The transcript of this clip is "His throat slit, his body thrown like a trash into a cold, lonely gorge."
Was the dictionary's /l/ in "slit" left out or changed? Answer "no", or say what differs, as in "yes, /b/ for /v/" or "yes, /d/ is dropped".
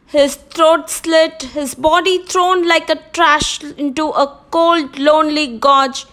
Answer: no